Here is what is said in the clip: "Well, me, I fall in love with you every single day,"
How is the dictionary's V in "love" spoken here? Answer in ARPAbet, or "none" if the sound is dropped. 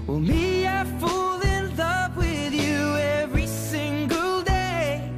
P